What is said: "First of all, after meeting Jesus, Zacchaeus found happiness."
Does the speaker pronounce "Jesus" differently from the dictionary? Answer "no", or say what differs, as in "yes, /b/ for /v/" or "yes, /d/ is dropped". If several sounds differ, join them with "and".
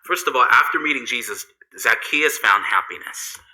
no